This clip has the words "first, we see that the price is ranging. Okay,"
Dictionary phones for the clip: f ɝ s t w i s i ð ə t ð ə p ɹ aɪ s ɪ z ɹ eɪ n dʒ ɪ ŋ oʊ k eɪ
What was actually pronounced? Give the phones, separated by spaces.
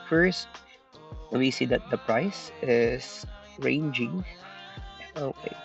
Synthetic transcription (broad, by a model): f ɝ s t w i s i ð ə t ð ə p ɹ aɪ s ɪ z ɹ eɪ n dʒ ɪ ŋ oʊ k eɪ